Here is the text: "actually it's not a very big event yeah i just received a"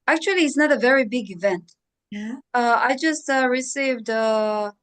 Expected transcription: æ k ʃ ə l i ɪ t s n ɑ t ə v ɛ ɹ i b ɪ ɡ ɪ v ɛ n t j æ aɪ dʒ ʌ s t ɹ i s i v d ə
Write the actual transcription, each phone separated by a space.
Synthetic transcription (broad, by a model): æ k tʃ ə l i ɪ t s n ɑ t ə v ɛ ɹ i b ɪ ɡ ɪ v ɛ n t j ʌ aɪ dʒ ʌ s t ɹ i s i v d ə